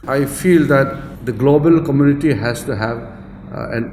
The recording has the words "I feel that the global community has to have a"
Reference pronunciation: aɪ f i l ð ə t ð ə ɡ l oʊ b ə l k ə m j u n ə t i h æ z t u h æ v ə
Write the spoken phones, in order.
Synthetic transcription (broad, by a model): aɪ f i l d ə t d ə ɡ l oʊ b ə l k ə m j u n ə t i h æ s t u h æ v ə